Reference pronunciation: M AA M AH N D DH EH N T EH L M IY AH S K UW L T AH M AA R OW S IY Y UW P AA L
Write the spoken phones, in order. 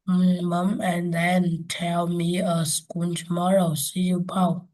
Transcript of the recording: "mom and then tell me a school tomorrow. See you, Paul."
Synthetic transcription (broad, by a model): M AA M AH N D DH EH N T EH L M IY AH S K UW N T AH M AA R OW S IY Y UW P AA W